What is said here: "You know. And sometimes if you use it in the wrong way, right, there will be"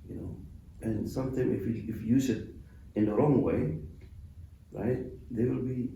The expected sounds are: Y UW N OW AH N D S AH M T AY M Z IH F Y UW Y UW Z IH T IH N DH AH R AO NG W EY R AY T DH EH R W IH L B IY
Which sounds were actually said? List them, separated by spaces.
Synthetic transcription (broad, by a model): Y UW N OW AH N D S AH M T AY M IH F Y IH Y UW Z IH T IH N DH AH R AO NG W EY R AY T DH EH W IH L B IY